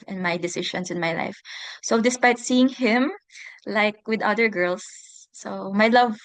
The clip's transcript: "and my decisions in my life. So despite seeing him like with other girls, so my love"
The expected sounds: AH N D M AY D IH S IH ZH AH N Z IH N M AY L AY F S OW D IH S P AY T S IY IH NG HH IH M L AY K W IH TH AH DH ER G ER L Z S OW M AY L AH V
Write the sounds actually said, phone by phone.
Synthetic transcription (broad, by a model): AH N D M AY D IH S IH SH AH N S IH N M AY L AY F S OW D IH S P AY T S IY IH NG HH IH M L AY K W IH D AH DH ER G ER L S OW M AY L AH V